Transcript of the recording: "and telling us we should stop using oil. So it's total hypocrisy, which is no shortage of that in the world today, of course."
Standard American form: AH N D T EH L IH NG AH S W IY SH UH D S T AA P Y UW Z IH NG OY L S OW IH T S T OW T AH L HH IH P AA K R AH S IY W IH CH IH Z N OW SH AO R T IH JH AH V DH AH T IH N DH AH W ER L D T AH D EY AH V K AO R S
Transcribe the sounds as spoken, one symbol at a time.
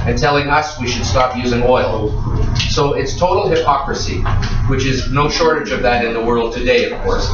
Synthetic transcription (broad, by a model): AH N T EH L IH NG AH S W IY SH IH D S T AA P Y UW Z IH NG OY L S OW IH T S T OW T L HH IH P AA K R AH S IY W IH CH IH Z N OW SH AO R T IH JH AH V DH AH T IH N DH AH W ER L D T AH D EY AH V K AO R S